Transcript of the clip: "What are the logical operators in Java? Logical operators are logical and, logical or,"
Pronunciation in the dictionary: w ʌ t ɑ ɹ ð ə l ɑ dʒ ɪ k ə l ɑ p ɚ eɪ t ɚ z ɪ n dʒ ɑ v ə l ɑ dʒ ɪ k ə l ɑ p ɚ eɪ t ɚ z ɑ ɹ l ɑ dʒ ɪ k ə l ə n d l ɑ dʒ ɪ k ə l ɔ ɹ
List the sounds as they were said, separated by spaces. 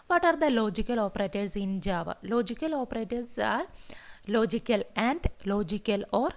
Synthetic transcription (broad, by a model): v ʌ t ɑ ɹ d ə l ɑ dʒ ɪ k ə l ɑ p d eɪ t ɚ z ɪ n dʒ ɑ v ə l ɑ dʒ ɪ k ə l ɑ p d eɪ t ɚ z ɑ ɹ l ɑ dʒ ɪ k ə l ə n d l ɑ dʒ ɪ k ə l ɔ ɹ